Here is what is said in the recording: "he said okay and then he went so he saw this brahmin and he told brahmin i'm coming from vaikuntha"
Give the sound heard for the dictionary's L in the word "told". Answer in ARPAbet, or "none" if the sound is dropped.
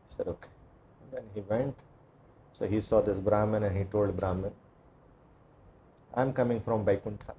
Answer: L